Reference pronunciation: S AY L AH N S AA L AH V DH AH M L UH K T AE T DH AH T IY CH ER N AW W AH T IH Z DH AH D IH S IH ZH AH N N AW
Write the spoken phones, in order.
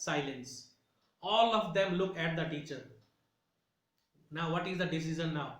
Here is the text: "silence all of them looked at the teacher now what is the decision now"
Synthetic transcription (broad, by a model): S AY L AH N S AA L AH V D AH M L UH K AE T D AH T IY CH ER N AW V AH T IH Z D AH D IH S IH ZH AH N N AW